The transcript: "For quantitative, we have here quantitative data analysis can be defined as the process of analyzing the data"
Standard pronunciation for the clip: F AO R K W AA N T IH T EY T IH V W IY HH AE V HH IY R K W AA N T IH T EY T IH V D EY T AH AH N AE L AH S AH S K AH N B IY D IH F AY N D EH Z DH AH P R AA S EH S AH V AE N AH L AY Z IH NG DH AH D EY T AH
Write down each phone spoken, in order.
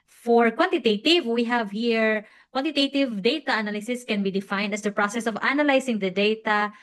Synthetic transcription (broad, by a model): F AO R K W AA N T IH T EY T IH V W IY HH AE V HH IY R K W AA N T IH T EY T IH V D EY T AH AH N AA L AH S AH S K AH N B IY D IH F AY N D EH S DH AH P R AA S EH S AH V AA N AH L AY S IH NG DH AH D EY T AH